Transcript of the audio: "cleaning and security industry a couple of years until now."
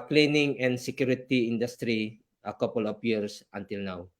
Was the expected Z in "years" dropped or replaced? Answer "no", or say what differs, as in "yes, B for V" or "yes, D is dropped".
yes, S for Z